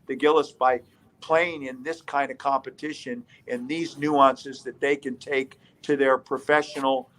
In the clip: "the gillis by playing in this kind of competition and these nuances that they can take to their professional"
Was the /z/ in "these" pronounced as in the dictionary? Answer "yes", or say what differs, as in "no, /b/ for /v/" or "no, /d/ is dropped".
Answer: yes